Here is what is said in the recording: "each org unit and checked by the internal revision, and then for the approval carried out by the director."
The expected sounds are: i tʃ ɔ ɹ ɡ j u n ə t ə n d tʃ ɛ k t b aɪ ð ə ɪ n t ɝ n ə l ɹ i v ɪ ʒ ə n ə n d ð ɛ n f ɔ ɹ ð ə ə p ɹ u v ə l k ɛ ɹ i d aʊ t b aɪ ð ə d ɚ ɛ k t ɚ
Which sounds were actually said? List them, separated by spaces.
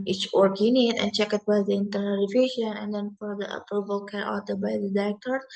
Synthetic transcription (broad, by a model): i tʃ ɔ ɹ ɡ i n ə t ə n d tʃ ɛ k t b aɪ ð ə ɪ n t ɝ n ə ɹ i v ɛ ʃ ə n ə n d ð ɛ n f ɔ ɹ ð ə ə p ɹ u v ə l k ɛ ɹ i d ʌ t b aɪ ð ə d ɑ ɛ k t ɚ